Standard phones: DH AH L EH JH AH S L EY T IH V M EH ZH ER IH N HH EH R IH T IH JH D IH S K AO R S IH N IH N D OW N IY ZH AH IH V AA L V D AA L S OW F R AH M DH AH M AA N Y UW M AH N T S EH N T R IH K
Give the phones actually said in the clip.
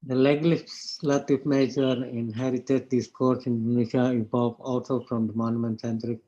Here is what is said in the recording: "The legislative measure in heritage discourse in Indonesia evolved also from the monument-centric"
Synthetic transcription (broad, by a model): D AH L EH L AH S L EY T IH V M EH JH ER IH N HH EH R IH T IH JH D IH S K AO R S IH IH N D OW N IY SH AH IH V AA V AA L S OW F R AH M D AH M AA N Y UW M AH N T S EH N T R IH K